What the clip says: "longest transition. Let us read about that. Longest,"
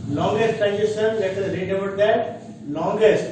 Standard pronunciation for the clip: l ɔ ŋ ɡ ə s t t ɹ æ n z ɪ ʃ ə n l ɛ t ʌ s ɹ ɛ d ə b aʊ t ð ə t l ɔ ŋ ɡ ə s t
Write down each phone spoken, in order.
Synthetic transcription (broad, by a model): l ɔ ŋ ɡ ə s t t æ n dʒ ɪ s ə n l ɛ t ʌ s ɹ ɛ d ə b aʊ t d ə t l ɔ ŋ ɡ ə s t